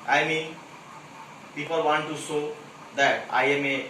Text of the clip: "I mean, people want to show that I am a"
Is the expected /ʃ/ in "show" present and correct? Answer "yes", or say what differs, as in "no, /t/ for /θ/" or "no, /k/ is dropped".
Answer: no, /s/ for /ʃ/